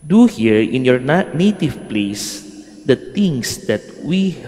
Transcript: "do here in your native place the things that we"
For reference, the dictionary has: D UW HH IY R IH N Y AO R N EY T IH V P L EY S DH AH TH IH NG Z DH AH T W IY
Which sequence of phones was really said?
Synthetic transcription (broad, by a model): D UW HH IY R IH N Y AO R N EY T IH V P L EY S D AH T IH NG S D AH T W IY